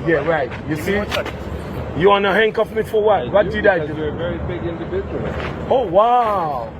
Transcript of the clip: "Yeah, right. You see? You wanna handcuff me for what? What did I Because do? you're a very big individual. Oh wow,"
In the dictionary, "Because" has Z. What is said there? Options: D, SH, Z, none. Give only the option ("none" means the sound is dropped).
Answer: none